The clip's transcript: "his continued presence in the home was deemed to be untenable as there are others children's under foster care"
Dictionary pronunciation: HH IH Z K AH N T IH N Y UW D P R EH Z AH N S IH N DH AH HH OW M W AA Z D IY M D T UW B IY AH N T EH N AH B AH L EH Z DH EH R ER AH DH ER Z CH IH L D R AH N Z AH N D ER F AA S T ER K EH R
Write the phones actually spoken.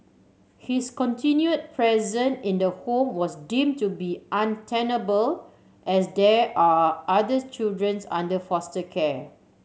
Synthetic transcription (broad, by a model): HH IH S K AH N T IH N Y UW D P R EH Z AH N IH N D AH HH OW M W AA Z D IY M T UW B IY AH N T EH N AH B AH L EH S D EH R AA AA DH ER CH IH L D R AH N S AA N D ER F AA S T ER K EH